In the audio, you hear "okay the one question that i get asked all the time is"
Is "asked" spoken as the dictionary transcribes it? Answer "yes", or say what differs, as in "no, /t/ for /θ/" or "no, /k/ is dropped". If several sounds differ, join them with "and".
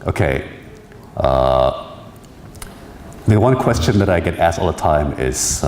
yes